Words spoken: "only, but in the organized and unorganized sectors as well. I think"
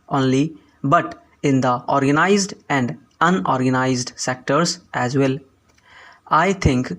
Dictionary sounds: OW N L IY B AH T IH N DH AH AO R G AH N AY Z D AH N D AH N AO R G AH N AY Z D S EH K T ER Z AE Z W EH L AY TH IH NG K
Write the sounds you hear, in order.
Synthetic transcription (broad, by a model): OW N L IY B AH T IH N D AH AO R G AH N AY Z D AH N D AH N AO R G AH N AY Z D S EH K T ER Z AE Z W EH L AY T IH NG K